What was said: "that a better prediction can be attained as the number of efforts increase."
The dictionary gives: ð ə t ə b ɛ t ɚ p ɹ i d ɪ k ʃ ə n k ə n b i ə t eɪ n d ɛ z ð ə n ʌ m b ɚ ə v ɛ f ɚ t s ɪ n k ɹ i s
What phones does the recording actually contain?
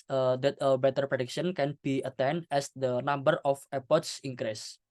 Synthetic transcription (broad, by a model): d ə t ə b ɛ t ɚ p ɹ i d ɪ k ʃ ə n k ə n b i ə t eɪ n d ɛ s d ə n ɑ m b ɚ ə f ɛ p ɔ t s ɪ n k ɹ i s